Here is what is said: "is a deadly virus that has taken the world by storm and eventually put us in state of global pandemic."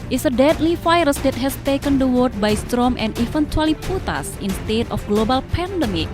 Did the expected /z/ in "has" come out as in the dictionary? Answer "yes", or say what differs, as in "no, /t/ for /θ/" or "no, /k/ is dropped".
no, /s/ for /z/